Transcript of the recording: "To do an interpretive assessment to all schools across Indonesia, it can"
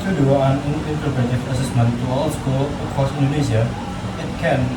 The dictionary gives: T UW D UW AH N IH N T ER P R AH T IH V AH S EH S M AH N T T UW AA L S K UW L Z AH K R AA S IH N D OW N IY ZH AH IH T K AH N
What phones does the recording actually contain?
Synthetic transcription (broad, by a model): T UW D UW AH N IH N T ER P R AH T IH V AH S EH S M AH N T T UW AA L S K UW L AH K R AA S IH N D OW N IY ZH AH IH T K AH N